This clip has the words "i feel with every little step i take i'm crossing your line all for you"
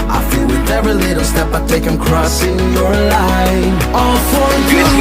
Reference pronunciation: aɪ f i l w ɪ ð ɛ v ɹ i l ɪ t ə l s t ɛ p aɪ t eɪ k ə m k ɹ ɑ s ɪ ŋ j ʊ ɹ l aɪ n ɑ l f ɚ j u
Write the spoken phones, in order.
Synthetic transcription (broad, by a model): aɪ f i l w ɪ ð ɛ v ɹ i l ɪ t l s t ɛ p aɪ t eɪ k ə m k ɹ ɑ s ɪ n j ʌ ɹ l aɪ ɑ l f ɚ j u